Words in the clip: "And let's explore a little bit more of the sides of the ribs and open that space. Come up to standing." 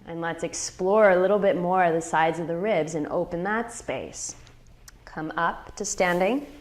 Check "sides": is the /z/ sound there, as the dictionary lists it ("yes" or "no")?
yes